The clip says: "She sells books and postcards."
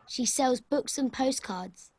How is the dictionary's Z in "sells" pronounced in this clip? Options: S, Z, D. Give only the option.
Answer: Z